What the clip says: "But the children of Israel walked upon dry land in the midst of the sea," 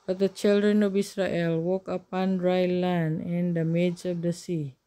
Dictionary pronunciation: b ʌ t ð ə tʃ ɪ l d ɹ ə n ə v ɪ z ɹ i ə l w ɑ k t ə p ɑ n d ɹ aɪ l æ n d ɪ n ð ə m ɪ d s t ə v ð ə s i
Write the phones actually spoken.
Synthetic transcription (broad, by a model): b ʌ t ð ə tʃ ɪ l d ɹ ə n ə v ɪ s ɹ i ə l w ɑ k ə p ɑ n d ɹ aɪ l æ n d ɪ n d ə m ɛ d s ə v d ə s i